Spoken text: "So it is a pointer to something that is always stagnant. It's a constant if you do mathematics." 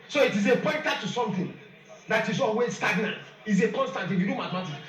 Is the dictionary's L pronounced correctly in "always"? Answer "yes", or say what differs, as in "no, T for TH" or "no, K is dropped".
no, L is dropped